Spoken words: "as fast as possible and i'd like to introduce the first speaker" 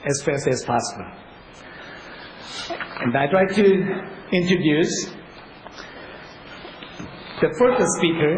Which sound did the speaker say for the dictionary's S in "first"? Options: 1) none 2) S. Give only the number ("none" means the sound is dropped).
1